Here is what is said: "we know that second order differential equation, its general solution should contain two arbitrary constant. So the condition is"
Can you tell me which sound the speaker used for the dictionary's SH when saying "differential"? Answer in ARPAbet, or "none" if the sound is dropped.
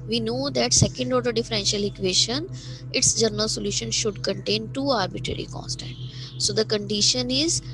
SH